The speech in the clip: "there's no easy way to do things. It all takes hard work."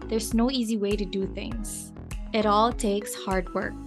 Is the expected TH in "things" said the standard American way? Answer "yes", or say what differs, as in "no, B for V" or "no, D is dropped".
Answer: yes